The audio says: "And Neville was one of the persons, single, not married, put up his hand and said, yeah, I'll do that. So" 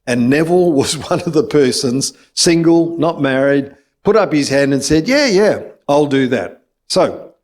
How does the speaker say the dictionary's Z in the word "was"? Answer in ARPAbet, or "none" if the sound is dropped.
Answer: Z